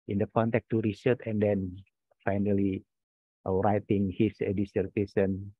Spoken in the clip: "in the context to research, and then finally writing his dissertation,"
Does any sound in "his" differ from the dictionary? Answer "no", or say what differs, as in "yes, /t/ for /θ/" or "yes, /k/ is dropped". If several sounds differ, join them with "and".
yes, /s/ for /z/